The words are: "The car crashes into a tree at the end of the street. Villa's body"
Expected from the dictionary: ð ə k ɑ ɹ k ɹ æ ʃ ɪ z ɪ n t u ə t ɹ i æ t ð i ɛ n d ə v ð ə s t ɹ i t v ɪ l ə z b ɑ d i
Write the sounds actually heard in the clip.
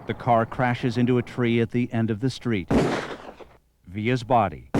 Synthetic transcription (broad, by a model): ð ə k ɑ ɹ k ɹ æ ʃ ɪ z ɪ n t u ə t ɹ i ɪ t ð i ɛ n d ə v ð ə s t ɹ i t v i ə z b ɑ d i